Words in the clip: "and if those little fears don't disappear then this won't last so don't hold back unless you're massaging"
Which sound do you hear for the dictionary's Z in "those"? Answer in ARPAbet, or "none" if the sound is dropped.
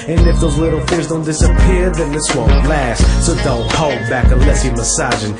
Z